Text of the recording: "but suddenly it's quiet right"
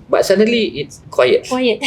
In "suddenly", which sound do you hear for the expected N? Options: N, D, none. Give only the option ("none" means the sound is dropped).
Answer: none